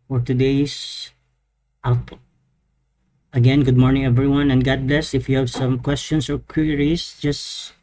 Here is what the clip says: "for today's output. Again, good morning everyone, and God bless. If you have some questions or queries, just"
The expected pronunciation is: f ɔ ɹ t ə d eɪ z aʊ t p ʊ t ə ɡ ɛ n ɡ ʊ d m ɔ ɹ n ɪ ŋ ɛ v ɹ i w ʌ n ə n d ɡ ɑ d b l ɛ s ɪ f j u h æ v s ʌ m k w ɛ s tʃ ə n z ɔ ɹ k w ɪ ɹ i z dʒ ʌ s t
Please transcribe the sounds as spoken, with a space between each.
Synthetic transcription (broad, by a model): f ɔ ɹ t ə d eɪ ɪ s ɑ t ə ɡ ɛ n ɡ ʊ d m ɔ ɹ n ɪ ŋ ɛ v ɹ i w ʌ n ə n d ɡ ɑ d b l ɛ s ɪ f j u h æ v s ʌ m k w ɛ s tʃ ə n s ɔ ɹ k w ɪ ɹ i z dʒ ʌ s t